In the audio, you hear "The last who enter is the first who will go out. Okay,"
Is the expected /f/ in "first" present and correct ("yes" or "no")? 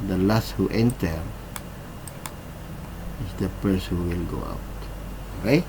no